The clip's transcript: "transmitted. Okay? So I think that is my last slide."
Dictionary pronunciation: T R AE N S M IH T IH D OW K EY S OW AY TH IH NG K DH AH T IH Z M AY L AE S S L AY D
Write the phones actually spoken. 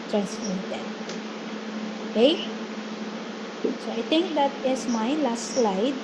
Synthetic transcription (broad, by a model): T R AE N S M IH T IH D OW K EY S OW AY T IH NG K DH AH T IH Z M AY L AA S S L AY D